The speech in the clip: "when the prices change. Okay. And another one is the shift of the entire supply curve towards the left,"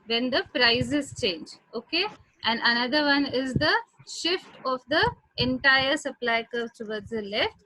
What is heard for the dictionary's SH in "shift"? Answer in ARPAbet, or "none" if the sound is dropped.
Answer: SH